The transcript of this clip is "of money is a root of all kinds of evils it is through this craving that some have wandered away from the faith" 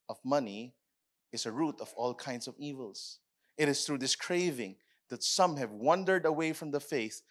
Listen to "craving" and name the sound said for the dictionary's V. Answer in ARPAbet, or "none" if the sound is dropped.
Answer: V